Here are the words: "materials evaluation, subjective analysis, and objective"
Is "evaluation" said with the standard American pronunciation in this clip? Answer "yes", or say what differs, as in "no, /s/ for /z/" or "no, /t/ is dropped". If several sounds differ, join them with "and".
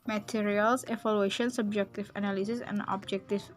no, /f/ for /v/